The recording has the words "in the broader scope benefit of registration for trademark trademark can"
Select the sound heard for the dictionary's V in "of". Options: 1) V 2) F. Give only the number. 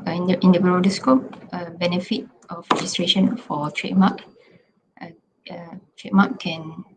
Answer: 2